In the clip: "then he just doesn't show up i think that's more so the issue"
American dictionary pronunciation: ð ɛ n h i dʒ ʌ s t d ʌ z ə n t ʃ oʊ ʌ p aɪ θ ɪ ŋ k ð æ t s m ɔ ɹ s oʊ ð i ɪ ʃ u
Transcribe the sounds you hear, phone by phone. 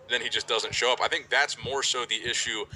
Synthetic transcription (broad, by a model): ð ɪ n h i dʒ ʌ s d ʌ z ə n t ʃ oʊ ʌ p aɪ θ ɪ ŋ k ð æ t s m ɔ ɹ s oʊ ð i ɪ ʃ u